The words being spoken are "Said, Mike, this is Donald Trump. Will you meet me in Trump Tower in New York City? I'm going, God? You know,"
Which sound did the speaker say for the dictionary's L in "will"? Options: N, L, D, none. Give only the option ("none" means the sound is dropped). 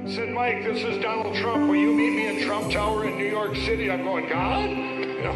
N